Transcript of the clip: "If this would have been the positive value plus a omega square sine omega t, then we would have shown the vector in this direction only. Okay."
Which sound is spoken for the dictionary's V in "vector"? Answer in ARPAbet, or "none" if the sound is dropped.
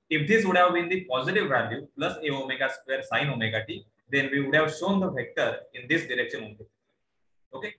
F